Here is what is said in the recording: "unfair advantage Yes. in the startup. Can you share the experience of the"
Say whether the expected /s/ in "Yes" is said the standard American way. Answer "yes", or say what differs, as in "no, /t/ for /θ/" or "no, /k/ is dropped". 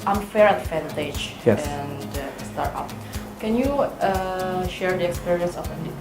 no, /s/ is dropped